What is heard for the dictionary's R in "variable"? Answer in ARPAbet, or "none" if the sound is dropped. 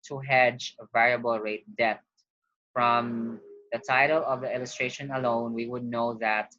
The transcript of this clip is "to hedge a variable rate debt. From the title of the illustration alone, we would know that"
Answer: R